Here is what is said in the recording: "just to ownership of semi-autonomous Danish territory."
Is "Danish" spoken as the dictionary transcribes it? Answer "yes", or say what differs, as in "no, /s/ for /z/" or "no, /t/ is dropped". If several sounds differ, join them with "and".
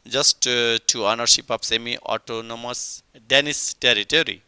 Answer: no, /s/ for /ʃ/